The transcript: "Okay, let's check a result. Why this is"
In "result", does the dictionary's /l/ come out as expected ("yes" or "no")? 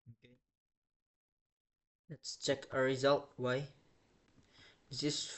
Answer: yes